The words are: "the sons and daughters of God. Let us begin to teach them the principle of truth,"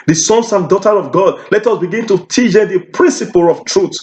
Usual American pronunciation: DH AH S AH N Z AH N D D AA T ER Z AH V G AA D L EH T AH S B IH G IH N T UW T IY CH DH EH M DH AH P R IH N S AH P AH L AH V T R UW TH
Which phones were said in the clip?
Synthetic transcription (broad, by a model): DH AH S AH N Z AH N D D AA T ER AH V G AA D L EH T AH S B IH G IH N T UW T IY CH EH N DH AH P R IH N S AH P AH L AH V T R UW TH